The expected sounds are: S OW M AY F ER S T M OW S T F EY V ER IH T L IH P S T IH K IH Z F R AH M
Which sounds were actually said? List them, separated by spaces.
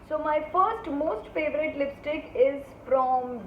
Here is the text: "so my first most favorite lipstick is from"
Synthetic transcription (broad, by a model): S OW M AY F ER S T M OW S T F EY V ER IH T L IH P S T IH K IH Z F R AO M